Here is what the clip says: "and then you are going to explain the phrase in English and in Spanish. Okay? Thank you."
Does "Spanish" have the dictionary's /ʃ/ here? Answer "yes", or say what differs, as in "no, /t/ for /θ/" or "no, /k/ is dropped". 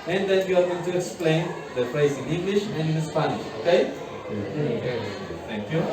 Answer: yes